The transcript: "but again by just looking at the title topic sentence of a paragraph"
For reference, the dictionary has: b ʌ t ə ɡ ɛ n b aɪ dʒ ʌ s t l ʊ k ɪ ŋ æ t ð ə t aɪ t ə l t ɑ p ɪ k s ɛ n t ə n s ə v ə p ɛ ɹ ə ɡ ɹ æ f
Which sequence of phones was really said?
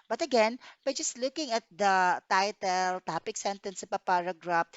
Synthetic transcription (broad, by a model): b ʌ t ə ɡ ɛ n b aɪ dʒ ʌ s t l ʊ k ɪ ŋ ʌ t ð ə t aɪ t ə l t ɑ p ɪ k s ɛ n t ə n s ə p ə p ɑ ɹ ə ɡ ɹ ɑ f